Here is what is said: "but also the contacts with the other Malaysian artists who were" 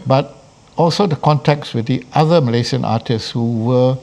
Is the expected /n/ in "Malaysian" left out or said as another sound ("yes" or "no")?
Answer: yes